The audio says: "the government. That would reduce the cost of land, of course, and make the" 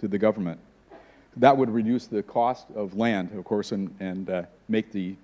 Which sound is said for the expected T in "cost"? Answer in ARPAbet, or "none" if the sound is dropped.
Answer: T